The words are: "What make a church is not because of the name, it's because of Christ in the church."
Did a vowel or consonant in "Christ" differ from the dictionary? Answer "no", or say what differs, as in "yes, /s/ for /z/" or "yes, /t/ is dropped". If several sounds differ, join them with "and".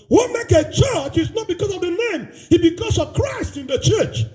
no